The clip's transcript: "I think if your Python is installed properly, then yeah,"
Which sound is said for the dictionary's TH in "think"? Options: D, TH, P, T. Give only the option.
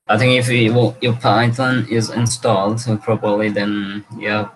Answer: TH